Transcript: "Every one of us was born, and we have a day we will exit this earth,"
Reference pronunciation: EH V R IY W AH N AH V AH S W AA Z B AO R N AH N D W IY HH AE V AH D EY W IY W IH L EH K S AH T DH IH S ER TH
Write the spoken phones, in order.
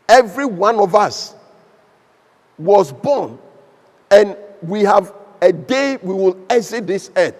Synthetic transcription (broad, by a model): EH V R IY W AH N AH V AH S W AA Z B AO N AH N W IY HH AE V AH D EY W IY W IH L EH S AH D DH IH S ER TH